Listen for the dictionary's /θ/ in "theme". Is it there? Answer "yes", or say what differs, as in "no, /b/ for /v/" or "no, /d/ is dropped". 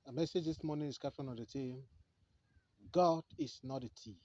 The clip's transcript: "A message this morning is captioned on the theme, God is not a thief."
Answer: no, /t/ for /θ/